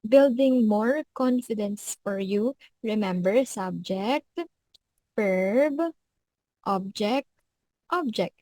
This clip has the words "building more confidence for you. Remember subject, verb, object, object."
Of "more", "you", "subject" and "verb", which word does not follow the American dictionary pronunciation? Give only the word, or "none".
verb